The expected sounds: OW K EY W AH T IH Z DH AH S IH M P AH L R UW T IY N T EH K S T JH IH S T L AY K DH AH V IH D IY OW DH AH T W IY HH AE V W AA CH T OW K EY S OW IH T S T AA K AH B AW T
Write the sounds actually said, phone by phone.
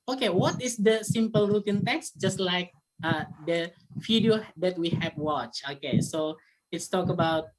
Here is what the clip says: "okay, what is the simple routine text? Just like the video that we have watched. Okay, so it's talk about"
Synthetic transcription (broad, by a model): OW K EY W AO T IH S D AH S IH M P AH L R UW T IY N T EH K S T JH IH S T L AY K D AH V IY D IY OW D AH T W IY HH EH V W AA CH OW K EY S OW IH T S T AA K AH B AW T